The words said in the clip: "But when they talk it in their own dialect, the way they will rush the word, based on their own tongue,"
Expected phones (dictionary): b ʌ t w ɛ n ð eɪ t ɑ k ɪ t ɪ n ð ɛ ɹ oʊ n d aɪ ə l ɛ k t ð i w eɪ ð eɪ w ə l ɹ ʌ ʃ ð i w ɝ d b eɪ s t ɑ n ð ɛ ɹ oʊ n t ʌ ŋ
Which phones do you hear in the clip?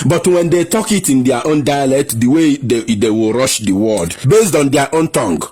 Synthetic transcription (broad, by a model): b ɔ t w ɛ n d eɪ t ɑ k ɪ t ɪ n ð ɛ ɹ oʊ n d aɪ ə l ɛ k t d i w eɪ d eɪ w ə l ɹ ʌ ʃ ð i w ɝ d b eɪ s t ɑ n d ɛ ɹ oʊ n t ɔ ŋ